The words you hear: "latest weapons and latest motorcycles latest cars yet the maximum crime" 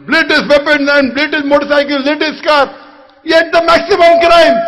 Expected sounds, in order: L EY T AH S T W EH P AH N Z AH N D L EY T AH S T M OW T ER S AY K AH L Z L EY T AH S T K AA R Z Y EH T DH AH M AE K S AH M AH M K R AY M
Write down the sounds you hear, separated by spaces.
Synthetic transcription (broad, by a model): L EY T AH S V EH P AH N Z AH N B L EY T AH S M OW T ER S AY K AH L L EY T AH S K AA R Y EH T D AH M AE K S AH M AH M K R AY M